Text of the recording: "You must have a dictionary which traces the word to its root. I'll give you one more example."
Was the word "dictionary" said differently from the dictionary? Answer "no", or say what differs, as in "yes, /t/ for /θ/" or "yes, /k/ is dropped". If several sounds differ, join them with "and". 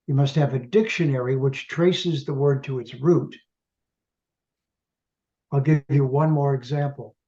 no